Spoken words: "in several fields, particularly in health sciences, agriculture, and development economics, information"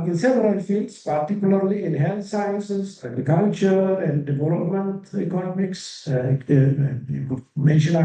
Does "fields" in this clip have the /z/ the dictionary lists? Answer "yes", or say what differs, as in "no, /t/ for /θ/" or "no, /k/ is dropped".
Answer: no, /s/ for /z/